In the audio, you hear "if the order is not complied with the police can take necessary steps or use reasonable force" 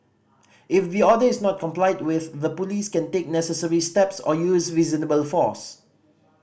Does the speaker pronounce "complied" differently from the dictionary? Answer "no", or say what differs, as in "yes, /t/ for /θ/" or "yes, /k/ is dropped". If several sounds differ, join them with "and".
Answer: no